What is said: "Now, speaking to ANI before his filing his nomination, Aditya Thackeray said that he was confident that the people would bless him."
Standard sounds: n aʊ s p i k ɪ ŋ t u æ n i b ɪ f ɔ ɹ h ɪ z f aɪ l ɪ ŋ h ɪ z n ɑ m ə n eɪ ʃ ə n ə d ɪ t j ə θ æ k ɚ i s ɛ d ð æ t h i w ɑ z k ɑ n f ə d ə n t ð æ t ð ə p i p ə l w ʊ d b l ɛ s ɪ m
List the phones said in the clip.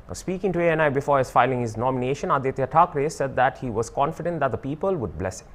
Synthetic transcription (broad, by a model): s p i k ɪ ŋ t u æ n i b ɪ f ɔ ɹ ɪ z f aɪ l ɪ ŋ h ɪ z n ɑ m ə n eɪ ʃ ə n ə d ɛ t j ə t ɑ k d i s ɛ d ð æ t h i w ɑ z k ɑ n f ə d ə n t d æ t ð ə p i p ə l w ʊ d b l ɛ s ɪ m